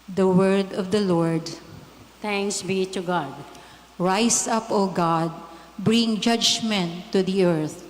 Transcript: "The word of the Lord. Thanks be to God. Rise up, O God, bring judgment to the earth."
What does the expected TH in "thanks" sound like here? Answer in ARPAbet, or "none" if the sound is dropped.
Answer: T